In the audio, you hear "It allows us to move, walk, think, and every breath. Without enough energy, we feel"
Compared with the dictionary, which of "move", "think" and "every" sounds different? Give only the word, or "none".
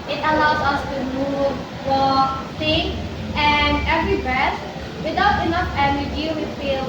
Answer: think